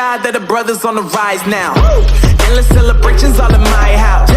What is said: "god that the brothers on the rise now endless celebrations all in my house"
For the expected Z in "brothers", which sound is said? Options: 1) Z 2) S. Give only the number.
1